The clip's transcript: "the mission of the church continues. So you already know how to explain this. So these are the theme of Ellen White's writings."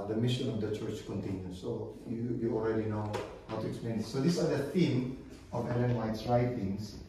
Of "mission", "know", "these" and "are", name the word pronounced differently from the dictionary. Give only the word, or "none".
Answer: these